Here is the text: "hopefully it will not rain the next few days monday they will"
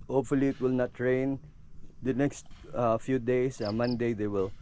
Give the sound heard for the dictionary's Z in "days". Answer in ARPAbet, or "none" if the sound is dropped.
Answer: S